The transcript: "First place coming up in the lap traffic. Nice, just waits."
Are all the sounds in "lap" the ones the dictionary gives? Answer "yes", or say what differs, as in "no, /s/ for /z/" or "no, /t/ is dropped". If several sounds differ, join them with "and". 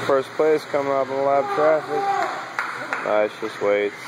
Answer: no, /b/ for /p/